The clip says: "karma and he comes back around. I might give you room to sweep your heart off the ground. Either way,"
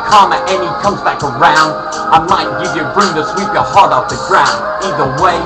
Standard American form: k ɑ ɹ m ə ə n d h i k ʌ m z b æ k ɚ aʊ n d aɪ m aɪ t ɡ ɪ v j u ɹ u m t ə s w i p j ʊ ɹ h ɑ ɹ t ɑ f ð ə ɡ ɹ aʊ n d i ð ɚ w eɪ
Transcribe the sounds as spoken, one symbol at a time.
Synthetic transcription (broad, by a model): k ɑ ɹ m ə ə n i k ʌ m z b æ k ɚ aʊ n d aɪ m aɪ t ɡ ɪ v j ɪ ɹ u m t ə s w i p j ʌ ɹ h ɑ ɹ t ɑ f ð ə ɡ ɹ aʊ n d i ð ɚ w eɪ